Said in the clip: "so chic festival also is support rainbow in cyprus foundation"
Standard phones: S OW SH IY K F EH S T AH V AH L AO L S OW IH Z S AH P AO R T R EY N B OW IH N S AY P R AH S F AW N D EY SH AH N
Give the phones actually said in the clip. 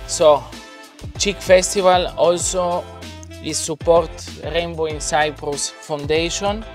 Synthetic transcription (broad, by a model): S OW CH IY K F EH S T AH V AH L AO L S OW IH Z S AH P AO R T R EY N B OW IH N S AY P R AH S F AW N D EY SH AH N